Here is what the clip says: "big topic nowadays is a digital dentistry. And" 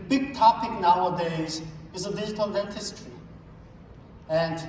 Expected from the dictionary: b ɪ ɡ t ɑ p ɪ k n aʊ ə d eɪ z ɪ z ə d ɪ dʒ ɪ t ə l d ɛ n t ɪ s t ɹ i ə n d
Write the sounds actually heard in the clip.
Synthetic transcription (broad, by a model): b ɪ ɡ t ɑ p ɪ k n aʊ ə d eɪ z ɪ z ə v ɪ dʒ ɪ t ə l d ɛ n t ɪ s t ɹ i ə n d